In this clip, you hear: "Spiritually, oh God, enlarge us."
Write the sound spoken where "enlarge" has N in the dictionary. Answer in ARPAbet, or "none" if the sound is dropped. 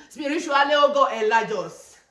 none